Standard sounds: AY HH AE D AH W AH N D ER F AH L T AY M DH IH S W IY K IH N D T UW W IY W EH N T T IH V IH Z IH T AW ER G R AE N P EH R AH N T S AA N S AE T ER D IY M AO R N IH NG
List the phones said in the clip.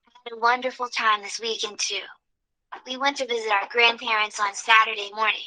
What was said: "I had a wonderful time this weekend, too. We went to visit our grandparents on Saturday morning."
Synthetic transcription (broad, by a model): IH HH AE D AH W AH N D ER F L T AY M DH IH S W IY K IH N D T UW W IY W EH N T T IH V IH Z IH T AW ER G R AE N P EH R AH N T S N S AE T ER D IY M AO R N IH NG